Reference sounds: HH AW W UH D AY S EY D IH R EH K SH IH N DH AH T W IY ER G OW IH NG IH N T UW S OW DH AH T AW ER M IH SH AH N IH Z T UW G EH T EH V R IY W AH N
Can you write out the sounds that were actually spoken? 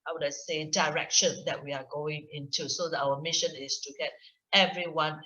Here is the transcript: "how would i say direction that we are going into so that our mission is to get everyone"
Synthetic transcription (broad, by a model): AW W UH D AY S EY D IH R EH K SH IH N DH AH T W IY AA G OW IH NG IH N T UW S OW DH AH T AW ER M IH SH AH N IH S T UW G EH T EH V R IY W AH N